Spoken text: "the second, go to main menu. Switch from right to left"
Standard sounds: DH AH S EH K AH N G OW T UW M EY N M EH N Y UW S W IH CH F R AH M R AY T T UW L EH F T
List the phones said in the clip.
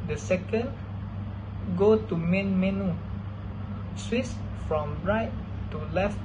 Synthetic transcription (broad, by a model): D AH S EH K AH N G OW T UW M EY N M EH N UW S W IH S F R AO M R AY T T UW L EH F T